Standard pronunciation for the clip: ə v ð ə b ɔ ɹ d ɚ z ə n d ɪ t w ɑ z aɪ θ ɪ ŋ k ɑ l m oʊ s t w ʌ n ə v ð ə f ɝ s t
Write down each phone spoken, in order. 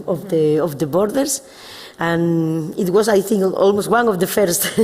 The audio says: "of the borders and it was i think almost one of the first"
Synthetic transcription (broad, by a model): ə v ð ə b ɔ ɹ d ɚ s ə n ɪ t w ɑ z aɪ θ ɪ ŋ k ɑ l m oʊ s t w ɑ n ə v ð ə f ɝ s t